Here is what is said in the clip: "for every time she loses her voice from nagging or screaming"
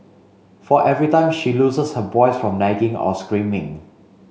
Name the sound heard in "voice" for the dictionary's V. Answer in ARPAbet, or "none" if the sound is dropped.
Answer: B